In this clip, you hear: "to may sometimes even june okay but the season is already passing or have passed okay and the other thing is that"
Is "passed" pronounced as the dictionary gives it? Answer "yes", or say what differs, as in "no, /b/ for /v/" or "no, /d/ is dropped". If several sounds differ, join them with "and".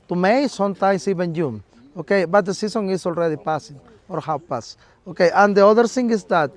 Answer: no, /t/ is dropped